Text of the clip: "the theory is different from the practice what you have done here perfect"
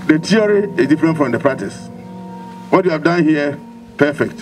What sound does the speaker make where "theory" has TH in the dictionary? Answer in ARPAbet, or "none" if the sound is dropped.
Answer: T